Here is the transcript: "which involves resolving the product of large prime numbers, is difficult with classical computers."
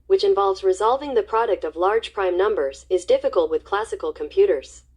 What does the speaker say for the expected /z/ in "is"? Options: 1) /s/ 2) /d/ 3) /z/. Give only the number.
3